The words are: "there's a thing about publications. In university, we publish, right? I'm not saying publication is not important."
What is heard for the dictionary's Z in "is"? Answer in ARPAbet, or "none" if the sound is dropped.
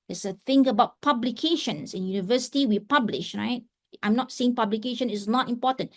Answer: S